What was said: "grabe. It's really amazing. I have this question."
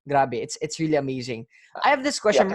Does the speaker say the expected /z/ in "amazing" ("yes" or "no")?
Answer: yes